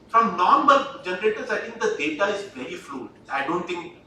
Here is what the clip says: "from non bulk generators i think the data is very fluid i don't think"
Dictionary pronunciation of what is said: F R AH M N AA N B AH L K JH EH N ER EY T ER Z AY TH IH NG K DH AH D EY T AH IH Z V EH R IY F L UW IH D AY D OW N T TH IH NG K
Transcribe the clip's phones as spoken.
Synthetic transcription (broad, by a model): F R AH M N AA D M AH L JH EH N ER EY T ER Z AY T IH NG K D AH D EY T AH IH Z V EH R IY F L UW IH IH D OW N T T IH NG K